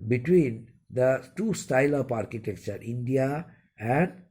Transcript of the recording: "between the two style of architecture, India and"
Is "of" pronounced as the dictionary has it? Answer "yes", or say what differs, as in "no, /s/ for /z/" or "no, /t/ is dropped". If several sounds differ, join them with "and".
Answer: no, /p/ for /v/